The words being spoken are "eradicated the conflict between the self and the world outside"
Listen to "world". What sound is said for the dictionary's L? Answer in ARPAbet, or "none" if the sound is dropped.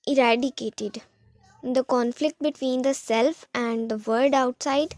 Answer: none